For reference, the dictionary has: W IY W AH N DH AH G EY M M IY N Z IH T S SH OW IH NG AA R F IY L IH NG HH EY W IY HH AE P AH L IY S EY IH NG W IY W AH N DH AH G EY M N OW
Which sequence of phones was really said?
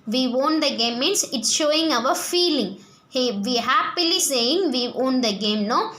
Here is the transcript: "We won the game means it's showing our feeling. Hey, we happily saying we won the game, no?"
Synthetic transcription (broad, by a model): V IY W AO N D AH G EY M M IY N S IH T S SH OW IH NG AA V F IY L IH NG HH EY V IY HH AE P AH L IY S EY IH NG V IY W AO N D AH G EY M N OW